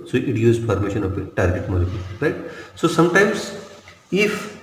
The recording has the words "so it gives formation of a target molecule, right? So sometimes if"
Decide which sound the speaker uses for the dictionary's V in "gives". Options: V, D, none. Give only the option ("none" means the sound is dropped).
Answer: none